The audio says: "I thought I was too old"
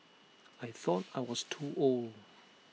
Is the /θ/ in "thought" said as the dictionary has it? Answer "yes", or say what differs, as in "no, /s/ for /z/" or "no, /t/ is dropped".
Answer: yes